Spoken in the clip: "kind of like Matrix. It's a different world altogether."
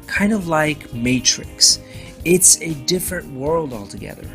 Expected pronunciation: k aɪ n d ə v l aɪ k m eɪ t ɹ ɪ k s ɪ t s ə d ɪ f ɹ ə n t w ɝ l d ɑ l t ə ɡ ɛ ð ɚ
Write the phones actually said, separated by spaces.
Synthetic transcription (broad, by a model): k aɪ n d ə v l aɪ k m eɪ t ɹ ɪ k s ɪ t s ə d ɪ f ɹ ə n t w ɝ l d ɑ l t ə ɡ ɛ ð ɚ